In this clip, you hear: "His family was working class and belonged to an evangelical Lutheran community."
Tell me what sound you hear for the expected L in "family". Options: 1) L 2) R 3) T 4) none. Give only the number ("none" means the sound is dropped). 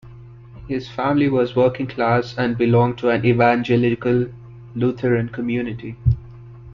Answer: 1